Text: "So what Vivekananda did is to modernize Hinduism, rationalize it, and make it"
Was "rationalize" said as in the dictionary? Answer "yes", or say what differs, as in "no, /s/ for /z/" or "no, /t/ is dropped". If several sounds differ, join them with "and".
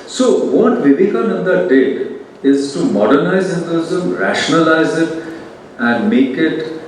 yes